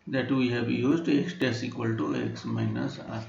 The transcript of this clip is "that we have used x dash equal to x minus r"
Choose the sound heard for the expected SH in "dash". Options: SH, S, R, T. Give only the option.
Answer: S